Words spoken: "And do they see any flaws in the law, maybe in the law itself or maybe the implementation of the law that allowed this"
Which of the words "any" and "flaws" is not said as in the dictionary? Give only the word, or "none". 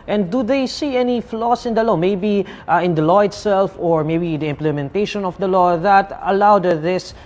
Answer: flaws